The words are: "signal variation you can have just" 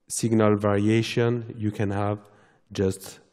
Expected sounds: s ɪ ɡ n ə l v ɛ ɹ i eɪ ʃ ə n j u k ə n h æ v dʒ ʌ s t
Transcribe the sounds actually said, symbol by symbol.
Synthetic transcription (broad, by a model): s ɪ ɡ n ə l v ɛ ɹ i eɪ ʃ ə n j u k ə n h æ v dʒ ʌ s t